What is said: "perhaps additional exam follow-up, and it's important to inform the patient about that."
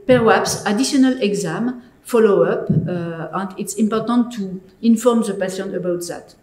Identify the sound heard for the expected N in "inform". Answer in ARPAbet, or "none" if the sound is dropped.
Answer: N